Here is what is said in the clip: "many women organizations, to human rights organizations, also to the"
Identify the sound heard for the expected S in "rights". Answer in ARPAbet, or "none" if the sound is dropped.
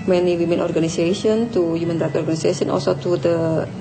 none